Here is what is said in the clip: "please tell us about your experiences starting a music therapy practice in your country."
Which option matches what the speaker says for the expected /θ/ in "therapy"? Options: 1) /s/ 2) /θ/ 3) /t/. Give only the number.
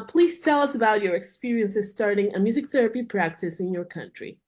2